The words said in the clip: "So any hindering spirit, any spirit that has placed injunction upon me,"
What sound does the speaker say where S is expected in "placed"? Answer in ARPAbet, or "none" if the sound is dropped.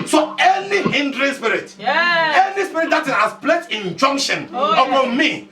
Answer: none